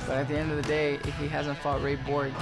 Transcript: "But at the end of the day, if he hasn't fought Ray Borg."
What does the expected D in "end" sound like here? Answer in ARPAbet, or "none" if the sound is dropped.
D